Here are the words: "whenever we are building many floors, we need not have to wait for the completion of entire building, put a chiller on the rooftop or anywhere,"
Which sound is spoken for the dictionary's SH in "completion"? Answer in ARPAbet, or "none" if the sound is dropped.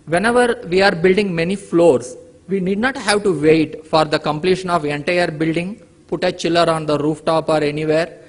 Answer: SH